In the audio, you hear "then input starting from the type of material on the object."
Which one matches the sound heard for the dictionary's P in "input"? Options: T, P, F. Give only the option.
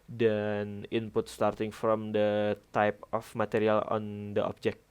P